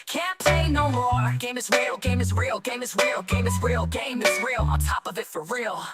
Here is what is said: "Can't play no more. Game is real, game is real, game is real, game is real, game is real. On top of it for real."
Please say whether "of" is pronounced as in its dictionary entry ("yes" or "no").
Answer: yes